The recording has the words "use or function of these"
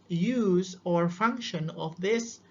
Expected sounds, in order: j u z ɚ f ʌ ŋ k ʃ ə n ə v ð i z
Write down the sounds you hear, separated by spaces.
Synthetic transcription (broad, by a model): j u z ɚ f ʌ ŋ k ʃ ə n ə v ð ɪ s